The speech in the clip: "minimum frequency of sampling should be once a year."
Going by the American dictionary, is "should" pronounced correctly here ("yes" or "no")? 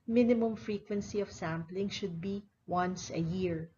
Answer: yes